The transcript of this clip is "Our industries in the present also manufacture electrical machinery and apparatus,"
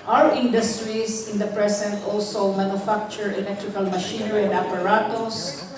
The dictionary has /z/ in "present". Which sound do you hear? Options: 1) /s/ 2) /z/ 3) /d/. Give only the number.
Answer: 1